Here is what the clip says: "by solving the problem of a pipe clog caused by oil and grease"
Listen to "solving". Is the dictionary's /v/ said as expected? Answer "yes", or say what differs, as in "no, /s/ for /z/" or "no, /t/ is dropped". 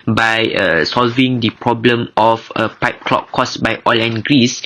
yes